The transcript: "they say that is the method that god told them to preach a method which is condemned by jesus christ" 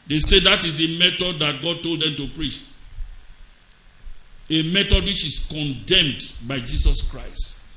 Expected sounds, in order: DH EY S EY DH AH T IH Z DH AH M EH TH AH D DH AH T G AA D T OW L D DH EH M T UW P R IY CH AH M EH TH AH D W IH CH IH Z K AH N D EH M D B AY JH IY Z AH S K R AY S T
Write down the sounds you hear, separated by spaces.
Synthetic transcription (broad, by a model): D EY S EY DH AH T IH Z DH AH M EH T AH D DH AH T G AA D T OW L D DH EH M T UW P R IY CH AH M EH T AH D W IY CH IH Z K AH N D EH M D B AY JH IY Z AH S K R AY S T